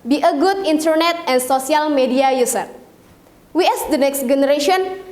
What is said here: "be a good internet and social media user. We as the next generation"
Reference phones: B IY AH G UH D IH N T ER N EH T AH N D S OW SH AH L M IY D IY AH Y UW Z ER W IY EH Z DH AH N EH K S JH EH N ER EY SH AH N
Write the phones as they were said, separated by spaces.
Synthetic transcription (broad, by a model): B IY AH G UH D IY N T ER N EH T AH N S OW S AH L M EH D IY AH Y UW S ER W IY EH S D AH N EH K S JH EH N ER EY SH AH N